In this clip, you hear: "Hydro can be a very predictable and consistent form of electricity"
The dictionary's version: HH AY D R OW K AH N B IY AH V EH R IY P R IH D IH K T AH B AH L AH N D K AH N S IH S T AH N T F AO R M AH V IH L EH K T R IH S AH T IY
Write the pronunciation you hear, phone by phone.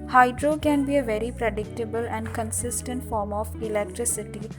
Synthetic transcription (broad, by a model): HH AY D R OW K AH N B IY AH V EH R IY P R IH D IH K T AH B AH L AH N D K AH N S IH S T AH N T F AO R M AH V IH L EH K T R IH S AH T IY